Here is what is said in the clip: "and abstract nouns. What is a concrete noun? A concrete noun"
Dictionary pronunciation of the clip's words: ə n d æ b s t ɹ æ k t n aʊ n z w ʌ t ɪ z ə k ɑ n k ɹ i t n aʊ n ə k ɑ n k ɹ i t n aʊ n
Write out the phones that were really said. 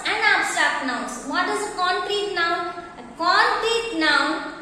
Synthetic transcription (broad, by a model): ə n d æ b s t ɑ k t n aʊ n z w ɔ t ɪ z ə k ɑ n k ɹ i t n aʊ n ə k ɑ n k ɹ i t n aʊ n